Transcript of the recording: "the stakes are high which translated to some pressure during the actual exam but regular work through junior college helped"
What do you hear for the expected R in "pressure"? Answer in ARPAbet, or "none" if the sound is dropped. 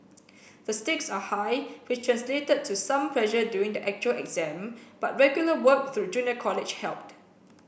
L